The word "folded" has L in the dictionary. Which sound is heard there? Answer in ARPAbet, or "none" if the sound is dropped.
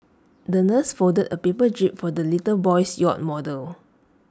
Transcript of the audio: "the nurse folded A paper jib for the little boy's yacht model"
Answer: none